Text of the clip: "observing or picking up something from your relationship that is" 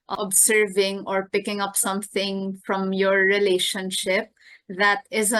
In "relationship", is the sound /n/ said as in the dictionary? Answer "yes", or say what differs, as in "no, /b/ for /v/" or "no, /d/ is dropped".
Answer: yes